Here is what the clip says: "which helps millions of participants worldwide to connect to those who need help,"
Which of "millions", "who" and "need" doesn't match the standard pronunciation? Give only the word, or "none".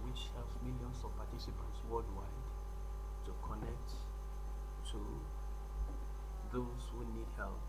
millions